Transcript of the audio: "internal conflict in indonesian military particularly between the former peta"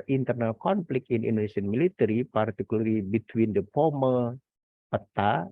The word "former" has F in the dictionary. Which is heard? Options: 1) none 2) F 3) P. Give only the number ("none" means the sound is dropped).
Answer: 3